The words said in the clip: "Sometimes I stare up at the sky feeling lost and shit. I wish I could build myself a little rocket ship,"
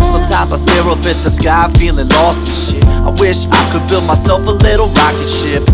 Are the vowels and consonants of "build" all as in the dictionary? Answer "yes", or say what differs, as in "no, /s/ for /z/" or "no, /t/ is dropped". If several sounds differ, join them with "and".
yes